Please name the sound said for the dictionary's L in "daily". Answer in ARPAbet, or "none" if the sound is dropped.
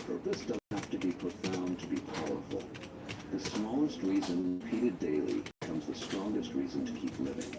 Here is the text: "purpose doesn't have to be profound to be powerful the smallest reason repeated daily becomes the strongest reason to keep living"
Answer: none